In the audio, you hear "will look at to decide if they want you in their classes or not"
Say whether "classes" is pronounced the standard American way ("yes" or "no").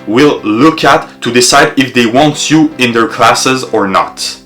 yes